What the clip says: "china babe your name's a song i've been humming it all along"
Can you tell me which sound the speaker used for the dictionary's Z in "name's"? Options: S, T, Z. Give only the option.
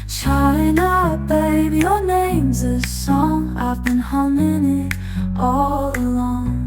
Z